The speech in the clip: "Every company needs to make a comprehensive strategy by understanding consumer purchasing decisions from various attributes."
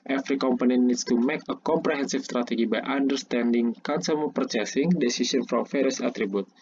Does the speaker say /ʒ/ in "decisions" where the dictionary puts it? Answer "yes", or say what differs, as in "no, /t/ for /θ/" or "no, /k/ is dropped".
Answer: no, /s/ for /ʒ/